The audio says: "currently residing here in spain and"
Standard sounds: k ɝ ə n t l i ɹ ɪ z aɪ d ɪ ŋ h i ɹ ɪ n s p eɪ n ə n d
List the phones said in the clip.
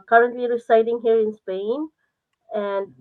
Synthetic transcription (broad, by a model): k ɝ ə n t l i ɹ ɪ s aɪ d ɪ ŋ h i ɹ ɪ n s p eɪ n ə n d